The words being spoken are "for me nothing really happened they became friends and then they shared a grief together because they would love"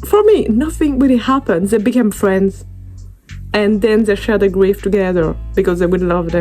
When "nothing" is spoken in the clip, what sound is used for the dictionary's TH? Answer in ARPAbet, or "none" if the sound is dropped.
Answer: TH